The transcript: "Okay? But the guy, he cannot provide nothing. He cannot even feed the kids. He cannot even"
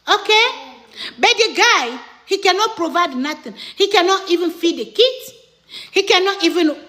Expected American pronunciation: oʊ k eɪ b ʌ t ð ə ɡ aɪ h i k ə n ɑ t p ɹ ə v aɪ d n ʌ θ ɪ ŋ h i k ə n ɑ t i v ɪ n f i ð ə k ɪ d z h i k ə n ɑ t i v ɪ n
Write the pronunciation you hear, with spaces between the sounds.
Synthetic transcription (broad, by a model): oʊ k eɪ b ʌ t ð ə ɡ aɪ h i k ə n ɑ t p ɹ ə v aɪ d n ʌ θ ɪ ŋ h i k ə n ɑ t i v ɪ n f i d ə k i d h i k ə n ɑ t i v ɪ n